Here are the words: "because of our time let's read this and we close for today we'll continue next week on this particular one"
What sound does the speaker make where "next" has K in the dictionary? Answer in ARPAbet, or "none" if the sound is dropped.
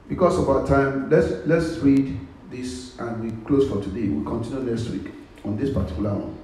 none